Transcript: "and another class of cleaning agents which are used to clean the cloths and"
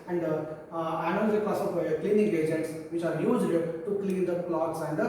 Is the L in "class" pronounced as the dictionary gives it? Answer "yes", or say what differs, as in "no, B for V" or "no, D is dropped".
no, L is dropped